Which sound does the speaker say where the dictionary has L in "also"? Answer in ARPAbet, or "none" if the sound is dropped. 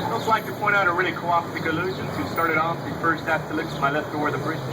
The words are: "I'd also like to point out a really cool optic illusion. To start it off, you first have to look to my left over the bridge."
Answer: none